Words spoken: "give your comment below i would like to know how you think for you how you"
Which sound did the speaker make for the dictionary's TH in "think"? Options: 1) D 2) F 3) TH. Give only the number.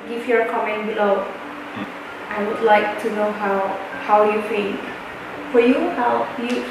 2